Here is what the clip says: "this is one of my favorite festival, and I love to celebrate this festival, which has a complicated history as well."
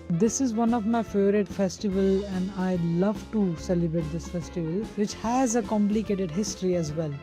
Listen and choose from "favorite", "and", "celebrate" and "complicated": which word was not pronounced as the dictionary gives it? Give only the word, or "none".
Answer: favorite